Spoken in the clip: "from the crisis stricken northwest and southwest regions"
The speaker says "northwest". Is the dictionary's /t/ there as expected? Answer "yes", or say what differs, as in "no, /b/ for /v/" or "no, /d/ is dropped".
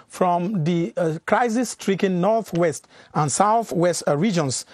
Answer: yes